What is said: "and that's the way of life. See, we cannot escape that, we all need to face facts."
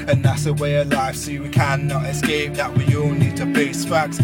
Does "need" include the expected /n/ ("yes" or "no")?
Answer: yes